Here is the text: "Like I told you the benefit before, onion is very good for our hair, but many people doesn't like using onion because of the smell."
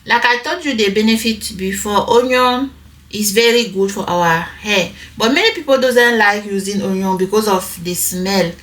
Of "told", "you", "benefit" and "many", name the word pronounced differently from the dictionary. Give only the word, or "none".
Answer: told